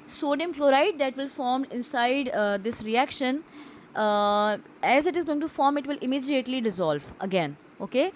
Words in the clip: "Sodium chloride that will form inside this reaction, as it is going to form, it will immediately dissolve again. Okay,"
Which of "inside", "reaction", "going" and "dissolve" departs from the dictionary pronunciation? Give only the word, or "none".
none